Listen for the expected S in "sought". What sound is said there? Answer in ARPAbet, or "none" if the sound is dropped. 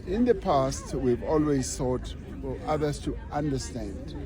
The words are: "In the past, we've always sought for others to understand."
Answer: TH